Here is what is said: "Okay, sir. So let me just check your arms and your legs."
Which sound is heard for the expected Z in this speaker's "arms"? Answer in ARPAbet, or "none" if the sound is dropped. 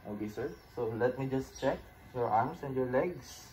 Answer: S